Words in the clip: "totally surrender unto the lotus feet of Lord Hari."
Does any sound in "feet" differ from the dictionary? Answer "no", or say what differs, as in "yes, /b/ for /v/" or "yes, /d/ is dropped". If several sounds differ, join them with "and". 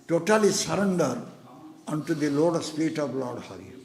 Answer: yes, /p/ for /f/